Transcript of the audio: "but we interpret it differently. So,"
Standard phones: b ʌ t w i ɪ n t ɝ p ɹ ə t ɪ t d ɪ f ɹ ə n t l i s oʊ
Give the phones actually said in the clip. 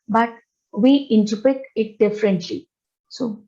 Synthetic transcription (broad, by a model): b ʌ t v i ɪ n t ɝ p ə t ɪ t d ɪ f ɹ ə n t l i s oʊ